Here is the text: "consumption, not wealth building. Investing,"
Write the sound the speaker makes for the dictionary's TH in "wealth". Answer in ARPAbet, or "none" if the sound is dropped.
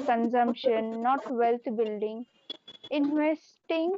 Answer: T